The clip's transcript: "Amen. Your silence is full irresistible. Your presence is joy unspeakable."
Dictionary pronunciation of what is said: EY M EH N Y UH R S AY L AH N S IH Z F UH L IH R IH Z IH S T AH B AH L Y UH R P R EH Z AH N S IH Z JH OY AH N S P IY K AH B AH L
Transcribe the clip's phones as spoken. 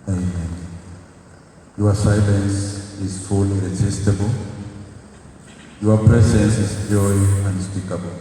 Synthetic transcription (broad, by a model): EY M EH N Y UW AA S AY L AH N S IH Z F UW L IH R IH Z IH S T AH B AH L Y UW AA P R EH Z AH N S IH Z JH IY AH N S P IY K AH B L